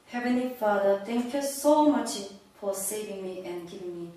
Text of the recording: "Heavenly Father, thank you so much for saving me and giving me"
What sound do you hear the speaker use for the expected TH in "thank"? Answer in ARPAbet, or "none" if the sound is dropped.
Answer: T